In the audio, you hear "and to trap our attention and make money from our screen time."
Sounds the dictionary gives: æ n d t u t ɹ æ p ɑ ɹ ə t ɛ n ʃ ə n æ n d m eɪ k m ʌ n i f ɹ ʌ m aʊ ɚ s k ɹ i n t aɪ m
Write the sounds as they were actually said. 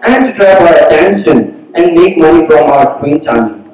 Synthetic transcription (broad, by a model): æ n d t u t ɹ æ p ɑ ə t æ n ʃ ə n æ n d m eɪ k m ʌ n i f ɹ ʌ m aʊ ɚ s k w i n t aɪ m